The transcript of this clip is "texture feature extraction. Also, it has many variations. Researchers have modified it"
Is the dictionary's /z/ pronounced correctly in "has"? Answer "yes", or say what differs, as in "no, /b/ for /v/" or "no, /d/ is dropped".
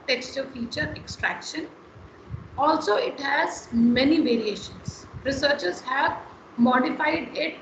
yes